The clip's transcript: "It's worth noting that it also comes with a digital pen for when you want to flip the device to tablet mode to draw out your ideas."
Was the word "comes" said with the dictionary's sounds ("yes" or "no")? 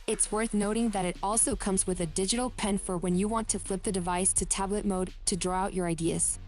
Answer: yes